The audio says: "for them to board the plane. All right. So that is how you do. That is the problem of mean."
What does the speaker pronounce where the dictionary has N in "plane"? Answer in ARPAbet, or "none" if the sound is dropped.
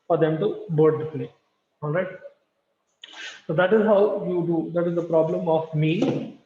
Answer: none